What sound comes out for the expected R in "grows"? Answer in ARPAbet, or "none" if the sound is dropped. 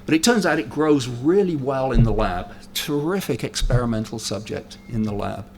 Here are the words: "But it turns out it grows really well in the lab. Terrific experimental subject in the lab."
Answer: R